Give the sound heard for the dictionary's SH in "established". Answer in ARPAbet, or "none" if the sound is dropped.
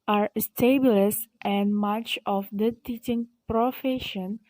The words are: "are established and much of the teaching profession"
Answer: S